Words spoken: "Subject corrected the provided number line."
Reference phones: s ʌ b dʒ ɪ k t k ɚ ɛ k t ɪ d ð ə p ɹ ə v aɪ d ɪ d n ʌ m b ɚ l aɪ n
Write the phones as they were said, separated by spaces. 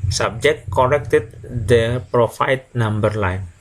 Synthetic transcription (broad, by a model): s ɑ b dʒ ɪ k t k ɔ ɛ k t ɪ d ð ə p ɹ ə f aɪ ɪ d n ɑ m b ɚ l aɪ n